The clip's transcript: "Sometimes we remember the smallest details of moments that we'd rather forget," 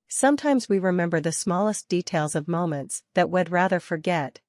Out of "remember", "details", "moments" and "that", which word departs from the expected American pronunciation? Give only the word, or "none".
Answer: none